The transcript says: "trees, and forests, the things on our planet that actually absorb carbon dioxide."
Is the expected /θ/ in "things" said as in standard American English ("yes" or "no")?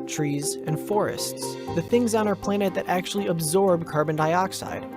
yes